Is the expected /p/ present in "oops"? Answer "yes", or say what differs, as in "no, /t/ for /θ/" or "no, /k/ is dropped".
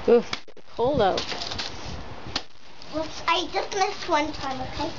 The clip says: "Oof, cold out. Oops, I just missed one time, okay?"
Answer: no, /p/ is dropped